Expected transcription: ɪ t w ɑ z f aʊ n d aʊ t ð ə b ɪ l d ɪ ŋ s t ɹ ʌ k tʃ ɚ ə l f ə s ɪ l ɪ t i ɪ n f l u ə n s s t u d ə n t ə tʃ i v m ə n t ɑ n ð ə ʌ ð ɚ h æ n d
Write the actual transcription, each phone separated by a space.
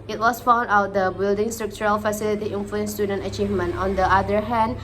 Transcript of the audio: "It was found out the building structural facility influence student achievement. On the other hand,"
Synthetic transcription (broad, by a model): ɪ t w ɑ s f aʊ n d aʊ t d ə b ɪ l d ɪ ŋ s t ɹ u k tʃ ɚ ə l f ə s ɪ l ɪ t i ɪ n f l u ə n s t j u d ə n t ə tʃ i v m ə n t ɑ n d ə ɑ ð ɚ h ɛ n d